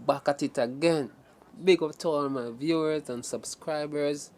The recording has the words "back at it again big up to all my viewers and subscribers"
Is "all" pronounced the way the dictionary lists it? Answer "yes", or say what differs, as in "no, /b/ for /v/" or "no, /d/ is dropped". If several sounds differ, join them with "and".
no, /n/ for /l/